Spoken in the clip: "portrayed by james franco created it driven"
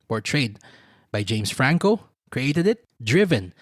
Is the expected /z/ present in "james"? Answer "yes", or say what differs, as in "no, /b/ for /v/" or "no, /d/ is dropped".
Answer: no, /s/ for /z/